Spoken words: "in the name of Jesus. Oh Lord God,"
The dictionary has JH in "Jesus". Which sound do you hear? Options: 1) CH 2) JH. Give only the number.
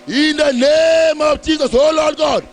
1